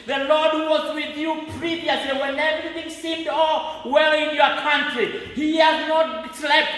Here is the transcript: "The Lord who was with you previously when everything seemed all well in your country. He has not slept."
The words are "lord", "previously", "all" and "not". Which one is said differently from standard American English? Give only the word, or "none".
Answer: none